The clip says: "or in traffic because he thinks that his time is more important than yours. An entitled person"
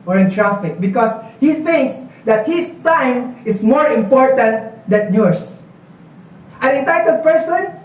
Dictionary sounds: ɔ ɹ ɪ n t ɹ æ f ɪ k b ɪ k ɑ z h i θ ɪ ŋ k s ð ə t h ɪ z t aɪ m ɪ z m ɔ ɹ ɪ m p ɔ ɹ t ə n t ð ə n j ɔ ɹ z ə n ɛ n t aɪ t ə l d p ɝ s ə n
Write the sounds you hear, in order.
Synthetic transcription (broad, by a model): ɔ ɹ ɪ n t ɹ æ f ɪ k b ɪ k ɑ s h i θ ɪ ŋ k s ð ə t h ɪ s t aɪ m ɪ s m ɔ ɹ ɪ m p ɔ ɹ t ə n t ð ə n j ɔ ɹ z ə n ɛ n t aɪ t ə d p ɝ s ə n